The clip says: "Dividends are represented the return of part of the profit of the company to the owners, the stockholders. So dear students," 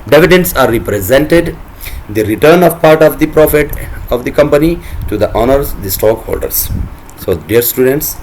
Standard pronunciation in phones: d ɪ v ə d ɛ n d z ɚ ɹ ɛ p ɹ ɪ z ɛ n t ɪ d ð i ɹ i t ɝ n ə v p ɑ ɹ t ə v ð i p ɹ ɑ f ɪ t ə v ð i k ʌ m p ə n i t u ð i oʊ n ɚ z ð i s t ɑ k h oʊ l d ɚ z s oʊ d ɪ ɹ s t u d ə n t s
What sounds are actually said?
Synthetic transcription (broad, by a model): d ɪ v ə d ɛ n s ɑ ɹ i p ɹ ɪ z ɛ n t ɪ d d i ɹ i t ɝ n ə v p ɑ ɹ t ə v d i p ɹ ɑ f ɪ t ə v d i k ʌ m p ə n i t u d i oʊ n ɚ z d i s t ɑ k h oʊ l d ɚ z s oʊ d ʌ ɹ s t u d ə n t s